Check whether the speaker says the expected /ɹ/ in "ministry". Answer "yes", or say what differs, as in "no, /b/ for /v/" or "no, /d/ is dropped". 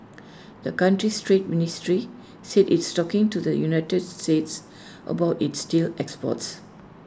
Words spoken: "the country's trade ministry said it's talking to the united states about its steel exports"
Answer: yes